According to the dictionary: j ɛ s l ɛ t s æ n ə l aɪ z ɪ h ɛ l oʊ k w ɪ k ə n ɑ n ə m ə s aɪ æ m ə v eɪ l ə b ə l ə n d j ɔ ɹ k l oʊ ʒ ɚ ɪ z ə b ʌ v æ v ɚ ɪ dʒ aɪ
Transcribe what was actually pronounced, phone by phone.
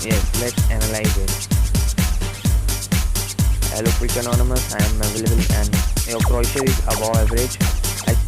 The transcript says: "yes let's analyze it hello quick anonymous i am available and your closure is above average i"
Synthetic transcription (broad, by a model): j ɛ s l ɛ t s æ n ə l aɪ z ɪ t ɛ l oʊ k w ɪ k ə n ɑ n ə m ə s aɪ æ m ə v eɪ l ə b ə l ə n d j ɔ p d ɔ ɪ ʃ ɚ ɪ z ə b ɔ ɛ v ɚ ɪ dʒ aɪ